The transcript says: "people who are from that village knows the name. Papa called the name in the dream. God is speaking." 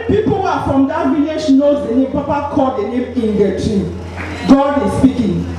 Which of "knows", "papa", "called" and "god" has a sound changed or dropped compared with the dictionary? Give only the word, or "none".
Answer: called